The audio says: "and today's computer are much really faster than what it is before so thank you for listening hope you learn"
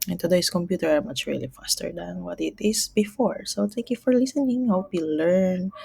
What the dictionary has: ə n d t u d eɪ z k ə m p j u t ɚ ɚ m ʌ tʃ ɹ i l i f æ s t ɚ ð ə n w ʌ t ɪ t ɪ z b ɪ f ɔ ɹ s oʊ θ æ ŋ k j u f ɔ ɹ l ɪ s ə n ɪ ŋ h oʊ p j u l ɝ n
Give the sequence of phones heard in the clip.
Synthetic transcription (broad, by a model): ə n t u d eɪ s k ə m p j u t ɚ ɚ m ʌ tʃ ɹ i l i f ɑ s t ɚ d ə n w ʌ t ɪ t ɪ s b ɪ f ɔ ɹ s oʊ t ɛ k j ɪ f ɔ ɹ l ɪ s ə n ɪ ŋ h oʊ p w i l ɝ n